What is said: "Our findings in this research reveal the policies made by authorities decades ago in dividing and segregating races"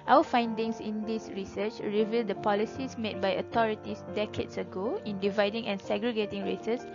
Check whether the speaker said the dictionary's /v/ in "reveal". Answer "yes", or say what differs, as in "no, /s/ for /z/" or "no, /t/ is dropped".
yes